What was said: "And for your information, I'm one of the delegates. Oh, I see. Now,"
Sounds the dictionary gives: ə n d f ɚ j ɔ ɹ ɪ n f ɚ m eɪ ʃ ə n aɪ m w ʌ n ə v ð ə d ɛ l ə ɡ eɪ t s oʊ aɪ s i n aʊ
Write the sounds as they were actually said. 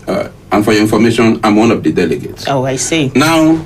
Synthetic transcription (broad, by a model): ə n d f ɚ j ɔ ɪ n f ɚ m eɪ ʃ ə n aɪ m w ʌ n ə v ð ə d ɛ l ə ɡ eɪ t s oʊ aɪ s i n aʊ